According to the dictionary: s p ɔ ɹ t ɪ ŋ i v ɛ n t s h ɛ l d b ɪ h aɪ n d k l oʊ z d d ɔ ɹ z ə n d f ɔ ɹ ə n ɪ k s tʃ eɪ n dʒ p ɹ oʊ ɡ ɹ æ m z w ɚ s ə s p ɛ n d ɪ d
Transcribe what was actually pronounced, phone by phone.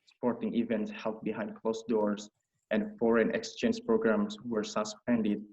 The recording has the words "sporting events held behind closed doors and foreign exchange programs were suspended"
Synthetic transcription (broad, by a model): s p ɔ ɹ t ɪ ŋ i v ɛ n t s h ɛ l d b ɪ h aɪ n d k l oʊ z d d ɔ ɹ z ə n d f ɔ ɹ ə n ɪ k s tʃ eɪ n dʒ p ɹ oʊ ɡ ɹ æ m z w ɚ s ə s p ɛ n d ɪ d